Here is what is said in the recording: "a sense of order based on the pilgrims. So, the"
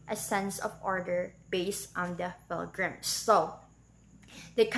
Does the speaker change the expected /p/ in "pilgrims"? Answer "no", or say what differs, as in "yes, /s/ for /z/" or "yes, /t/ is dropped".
yes, /f/ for /p/